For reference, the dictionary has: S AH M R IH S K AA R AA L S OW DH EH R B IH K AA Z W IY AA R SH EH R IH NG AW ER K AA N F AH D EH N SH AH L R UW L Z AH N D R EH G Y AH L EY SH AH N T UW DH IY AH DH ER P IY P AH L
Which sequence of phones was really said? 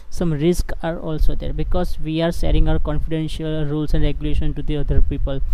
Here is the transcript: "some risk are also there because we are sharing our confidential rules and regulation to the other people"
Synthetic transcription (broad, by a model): S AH M R IH S K AA R AA L S OW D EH R B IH K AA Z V IY AA R S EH R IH NG AW ER K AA N F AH D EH N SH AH L R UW L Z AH N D R EH G Y AH L EY SH AH N T UW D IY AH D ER P IY P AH L